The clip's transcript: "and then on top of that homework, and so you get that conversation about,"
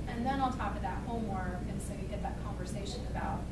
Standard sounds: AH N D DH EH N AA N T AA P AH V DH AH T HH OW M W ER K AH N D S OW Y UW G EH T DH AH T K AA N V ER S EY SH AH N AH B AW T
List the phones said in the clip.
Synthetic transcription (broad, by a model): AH N DH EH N AA L T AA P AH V DH AH T HH OW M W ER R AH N S OW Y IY G EH T DH AH T K AA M V ER S EY SH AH N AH B AW T